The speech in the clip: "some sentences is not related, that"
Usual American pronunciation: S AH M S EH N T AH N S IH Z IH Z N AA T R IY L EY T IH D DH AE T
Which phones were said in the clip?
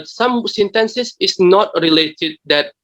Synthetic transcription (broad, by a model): S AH M S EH N T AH N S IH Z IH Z N AA T R IY L EY T IH D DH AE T